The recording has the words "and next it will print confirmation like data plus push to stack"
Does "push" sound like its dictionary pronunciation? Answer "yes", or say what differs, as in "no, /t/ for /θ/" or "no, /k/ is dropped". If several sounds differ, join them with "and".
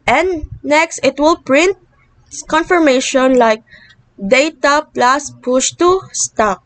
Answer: yes